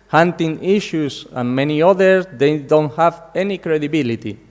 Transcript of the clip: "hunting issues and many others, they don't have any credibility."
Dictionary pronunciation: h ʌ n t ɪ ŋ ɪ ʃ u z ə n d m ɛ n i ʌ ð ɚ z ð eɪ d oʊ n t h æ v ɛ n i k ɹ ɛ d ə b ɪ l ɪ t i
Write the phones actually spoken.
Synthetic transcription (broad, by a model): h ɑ n t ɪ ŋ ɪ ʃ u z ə n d m ɛ n i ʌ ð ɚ s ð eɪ d oʊ n t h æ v ɛ n i k ɹ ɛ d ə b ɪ l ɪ t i